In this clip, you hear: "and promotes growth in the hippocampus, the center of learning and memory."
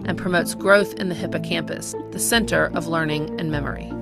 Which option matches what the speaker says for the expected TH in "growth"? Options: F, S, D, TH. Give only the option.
TH